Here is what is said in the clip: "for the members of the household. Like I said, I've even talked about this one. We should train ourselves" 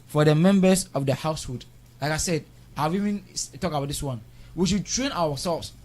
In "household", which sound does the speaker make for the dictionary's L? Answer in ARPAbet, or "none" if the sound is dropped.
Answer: none